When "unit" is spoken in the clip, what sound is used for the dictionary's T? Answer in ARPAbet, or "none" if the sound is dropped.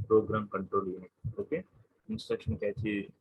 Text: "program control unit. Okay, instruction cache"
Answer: none